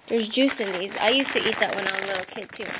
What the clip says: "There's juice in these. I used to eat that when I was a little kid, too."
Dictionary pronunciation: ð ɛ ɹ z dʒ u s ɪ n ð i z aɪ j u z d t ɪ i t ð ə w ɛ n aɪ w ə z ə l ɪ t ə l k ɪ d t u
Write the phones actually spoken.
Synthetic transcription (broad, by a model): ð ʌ ɹ z dʒ u s ɪ n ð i z aɪ j u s t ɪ i t ð ə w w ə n ə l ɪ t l k ɪ d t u